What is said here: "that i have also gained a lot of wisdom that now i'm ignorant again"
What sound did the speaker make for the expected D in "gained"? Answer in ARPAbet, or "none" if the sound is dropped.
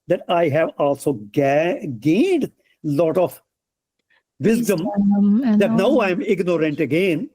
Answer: D